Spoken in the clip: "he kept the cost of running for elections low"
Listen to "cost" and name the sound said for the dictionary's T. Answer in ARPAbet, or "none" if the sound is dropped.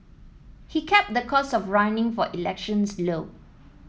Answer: none